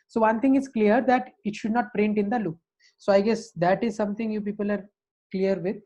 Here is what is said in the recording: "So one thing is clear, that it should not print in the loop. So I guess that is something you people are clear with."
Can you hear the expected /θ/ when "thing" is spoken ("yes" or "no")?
no